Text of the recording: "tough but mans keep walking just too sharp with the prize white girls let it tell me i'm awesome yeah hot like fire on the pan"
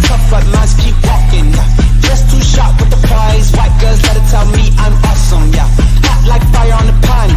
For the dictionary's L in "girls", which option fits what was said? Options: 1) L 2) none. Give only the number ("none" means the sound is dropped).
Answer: 2